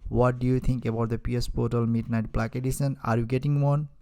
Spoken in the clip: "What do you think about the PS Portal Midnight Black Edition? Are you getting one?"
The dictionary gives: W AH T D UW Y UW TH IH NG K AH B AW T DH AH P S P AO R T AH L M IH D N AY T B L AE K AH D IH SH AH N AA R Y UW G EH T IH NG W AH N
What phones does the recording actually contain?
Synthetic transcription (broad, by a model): W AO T D UW Y UW T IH NG K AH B AW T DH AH P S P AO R T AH L M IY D N AY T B L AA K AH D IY S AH N AA R Y UW G EH T IH NG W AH N